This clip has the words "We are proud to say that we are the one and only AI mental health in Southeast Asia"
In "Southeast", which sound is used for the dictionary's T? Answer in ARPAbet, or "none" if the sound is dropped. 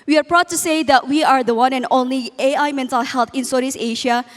none